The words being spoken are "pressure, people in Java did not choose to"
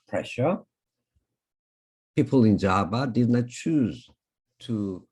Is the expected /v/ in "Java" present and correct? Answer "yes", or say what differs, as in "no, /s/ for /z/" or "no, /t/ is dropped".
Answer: no, /b/ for /v/